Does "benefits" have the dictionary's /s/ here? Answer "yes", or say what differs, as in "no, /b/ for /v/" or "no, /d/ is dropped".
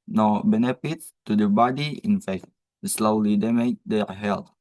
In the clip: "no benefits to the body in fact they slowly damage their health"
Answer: no, /s/ is dropped